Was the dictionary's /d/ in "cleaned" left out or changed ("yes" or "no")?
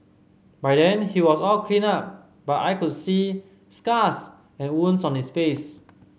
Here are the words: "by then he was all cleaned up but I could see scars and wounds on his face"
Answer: yes